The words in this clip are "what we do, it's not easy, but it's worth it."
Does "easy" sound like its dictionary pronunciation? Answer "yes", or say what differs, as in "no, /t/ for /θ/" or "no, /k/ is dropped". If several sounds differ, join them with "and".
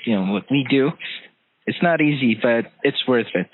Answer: yes